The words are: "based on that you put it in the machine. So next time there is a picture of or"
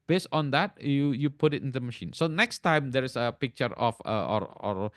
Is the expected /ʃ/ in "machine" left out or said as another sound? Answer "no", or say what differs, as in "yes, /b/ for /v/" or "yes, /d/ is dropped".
no